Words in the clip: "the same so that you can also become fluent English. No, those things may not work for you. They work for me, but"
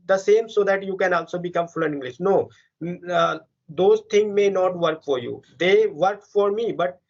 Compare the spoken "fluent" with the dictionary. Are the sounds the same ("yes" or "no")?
no